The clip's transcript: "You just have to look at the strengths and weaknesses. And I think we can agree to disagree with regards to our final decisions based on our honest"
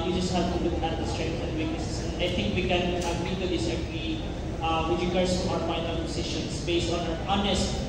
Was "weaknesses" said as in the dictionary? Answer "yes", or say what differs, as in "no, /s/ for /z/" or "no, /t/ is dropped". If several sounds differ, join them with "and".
no, /n/ is dropped